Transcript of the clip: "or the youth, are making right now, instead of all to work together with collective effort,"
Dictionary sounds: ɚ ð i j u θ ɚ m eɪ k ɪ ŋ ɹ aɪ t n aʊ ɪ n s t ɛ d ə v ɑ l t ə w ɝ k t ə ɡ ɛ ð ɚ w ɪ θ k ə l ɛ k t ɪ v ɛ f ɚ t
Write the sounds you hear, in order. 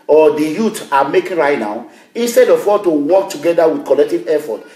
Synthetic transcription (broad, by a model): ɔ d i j u t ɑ m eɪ k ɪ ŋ ɹ aɪ t n aʊ ɪ n s t ɛ d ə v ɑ t ə w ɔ k t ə ɡ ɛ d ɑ w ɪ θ k ə l ɛ k t ɪ v ɛ f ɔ t